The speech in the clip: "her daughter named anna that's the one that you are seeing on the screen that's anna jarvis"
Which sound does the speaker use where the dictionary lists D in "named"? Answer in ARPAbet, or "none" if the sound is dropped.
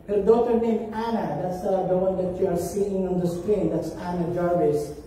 none